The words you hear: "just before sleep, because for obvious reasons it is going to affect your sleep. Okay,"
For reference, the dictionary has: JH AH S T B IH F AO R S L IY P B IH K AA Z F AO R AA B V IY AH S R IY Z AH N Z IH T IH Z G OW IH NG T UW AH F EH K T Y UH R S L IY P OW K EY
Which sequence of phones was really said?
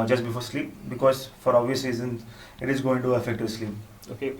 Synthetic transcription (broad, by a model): JH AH S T B IH F AO R S L IY P B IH K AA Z F AO R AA V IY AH S IY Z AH N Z IH T IH Z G OW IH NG T UW AH F EH K T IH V S L IY P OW K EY